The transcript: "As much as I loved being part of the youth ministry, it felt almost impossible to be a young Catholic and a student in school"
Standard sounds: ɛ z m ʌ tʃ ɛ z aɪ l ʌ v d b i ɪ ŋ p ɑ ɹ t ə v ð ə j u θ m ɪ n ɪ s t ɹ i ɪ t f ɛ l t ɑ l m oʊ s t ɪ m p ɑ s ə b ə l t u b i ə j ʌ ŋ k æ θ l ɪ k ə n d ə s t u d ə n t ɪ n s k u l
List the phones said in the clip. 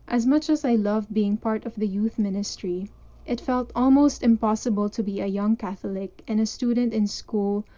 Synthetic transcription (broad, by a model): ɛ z m ʌ tʃ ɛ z aɪ l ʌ v b i ɪ ŋ p ɑ ɹ t ə v ð ə j u θ m ɪ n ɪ s t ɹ i ɪ t f ɛ l t ɑ l m oʊ s t ɪ m p ɑ s ə b ə l t u b i ə j ʌ ŋ k æ θ l ɪ k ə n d ə s t u d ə n t ɪ n s k u l